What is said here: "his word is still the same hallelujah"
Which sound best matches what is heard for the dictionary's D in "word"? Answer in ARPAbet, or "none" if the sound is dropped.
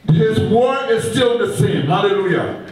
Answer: none